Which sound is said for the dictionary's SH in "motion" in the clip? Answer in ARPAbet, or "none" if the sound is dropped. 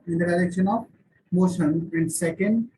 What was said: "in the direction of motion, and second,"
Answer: S